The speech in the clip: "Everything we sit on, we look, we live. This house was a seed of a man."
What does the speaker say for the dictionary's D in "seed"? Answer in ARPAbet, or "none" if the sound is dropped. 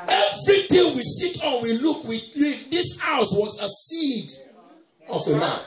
D